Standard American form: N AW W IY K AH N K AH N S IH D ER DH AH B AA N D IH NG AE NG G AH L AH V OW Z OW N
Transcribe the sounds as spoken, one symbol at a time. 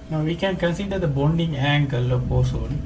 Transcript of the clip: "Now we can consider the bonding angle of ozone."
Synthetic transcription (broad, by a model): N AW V IY K AH N K AH N S IH D ER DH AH B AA N D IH NG AE NG G AH L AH P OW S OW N